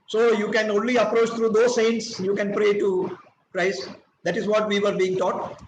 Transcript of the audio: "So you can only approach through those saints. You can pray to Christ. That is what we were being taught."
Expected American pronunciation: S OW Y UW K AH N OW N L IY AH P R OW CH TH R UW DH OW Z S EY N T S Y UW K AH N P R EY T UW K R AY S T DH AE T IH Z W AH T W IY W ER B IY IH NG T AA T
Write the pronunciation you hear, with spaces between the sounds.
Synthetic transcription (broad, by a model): S OW Y UW K AH N OW N L IY AH P R OW CH T R UW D OW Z S EY N T S Y UW K AH N P R EY T UW K R AY S T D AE T IH Z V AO T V IY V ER B IY IH NG T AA T